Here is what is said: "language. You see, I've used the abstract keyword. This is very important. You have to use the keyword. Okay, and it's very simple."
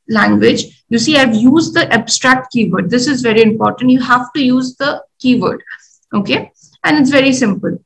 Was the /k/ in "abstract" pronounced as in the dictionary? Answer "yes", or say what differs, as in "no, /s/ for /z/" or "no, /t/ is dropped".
yes